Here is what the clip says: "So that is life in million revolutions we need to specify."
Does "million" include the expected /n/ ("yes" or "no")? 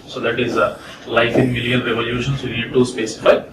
no